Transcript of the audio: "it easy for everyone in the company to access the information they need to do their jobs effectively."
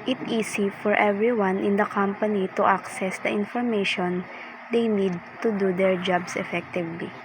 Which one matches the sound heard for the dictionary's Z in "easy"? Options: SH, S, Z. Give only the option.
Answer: S